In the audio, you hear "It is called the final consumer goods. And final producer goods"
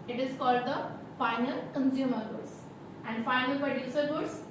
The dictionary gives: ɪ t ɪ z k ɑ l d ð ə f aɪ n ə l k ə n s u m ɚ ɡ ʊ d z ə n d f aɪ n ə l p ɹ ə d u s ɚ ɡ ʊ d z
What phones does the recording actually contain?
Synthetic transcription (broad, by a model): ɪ t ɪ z k ɑ l d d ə f aɪ n ə l k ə n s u m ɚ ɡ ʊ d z ə n d f aɪ n ə l p ɹ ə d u s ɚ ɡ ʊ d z